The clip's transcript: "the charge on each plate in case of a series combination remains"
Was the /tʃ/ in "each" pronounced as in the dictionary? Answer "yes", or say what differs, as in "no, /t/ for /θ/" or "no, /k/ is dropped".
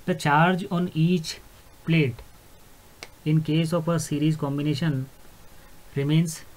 yes